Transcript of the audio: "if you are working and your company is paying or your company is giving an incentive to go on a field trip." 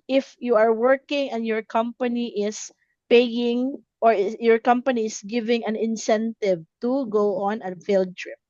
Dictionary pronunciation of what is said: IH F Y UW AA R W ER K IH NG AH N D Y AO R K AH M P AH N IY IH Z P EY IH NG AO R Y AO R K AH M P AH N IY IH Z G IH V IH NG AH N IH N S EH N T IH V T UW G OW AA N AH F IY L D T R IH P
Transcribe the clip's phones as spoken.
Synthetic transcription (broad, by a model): IH F Y UW AA R W ER K IH NG AH N D Y AO R K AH M P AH N IY IH S P EY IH NG AO R Y AO R K AH M P AH N IY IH S G IH V IH NG AH N IH N S EH N T IH V T UW G OW AA N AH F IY L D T R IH P